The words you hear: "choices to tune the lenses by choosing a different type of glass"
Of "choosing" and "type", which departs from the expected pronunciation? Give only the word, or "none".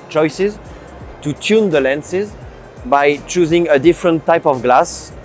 none